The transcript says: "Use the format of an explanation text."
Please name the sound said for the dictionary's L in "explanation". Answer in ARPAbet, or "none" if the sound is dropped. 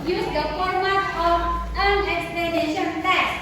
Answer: L